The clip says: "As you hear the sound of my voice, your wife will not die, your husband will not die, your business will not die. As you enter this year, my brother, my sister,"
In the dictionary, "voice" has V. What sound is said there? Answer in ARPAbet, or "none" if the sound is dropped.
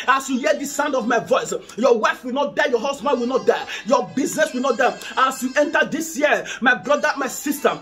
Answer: V